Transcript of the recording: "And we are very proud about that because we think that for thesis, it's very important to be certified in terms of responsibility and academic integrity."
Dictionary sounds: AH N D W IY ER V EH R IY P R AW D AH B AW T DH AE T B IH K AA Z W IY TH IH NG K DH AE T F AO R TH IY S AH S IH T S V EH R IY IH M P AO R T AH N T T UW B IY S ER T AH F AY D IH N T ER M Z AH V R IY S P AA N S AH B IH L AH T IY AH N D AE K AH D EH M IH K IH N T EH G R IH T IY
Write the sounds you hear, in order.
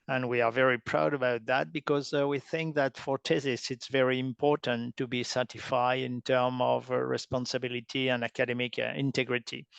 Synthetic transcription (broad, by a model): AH N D W IY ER V EH R IY P R AW D AH B AW T DH AE T B IH K AA Z W IY TH IH NG K DH AE T F AO R T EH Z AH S IH T S V EH R IY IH M P AO R T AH N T T UW B IY S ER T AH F AY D IH N T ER M AH V R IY S P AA N S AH B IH L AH T IY AH N D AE K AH D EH M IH K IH N T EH G R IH T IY